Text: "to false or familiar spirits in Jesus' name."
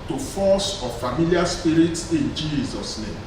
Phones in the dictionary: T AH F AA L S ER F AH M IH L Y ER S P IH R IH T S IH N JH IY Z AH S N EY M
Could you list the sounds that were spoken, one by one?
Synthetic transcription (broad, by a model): T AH F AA S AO F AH M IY L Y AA S P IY R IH T S IH N JH IY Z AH S N EY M